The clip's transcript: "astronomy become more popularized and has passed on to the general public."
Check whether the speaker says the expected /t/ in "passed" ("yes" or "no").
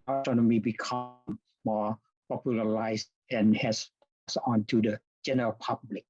no